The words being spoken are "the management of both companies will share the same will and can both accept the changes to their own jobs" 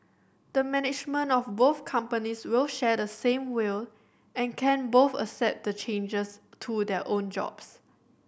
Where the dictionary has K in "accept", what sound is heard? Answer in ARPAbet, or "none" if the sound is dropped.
none